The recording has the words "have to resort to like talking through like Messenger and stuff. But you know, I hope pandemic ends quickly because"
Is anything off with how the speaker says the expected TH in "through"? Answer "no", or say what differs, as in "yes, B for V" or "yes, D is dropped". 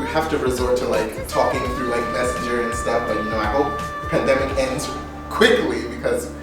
no